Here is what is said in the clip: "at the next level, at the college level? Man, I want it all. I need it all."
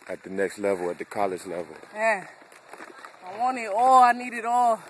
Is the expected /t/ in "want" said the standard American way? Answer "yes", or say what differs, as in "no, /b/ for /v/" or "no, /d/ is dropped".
no, /t/ is dropped